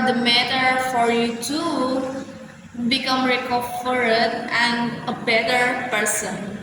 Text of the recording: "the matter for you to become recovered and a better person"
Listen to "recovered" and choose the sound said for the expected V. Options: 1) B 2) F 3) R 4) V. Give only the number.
2